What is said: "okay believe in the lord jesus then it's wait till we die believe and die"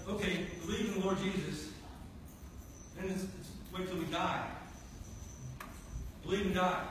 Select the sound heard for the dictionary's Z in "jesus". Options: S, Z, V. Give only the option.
Z